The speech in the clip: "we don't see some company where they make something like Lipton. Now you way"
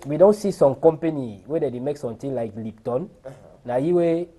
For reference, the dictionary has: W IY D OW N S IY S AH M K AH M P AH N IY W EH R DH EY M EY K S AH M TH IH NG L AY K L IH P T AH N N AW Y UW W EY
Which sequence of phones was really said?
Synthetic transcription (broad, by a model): W IY D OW N S IY S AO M K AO M P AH N IY W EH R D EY M EY K S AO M T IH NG L AY K L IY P T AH N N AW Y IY W EY